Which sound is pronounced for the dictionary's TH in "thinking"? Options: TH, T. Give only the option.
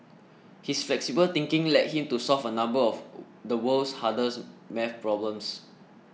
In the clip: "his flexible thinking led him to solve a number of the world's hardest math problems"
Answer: T